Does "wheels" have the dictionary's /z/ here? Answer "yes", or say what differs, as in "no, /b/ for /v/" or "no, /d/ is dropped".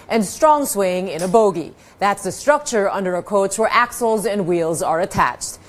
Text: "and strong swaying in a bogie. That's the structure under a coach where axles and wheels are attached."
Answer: yes